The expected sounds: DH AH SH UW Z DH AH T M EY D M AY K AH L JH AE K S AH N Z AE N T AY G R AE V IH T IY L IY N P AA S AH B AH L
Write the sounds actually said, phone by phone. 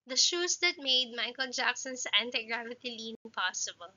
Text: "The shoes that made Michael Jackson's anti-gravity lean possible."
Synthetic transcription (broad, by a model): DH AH SH UW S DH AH T M EY D M AY K AH L JH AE K S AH N S AE N T AY G R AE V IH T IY L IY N P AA S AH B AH L